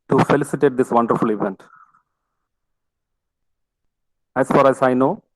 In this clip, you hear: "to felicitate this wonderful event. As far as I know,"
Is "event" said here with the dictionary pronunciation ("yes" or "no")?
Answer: yes